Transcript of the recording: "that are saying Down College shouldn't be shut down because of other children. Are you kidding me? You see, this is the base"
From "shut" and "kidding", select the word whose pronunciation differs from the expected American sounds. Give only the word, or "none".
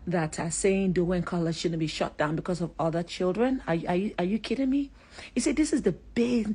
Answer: none